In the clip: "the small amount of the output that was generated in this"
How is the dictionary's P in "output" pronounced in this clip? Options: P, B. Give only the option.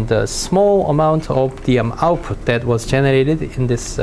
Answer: P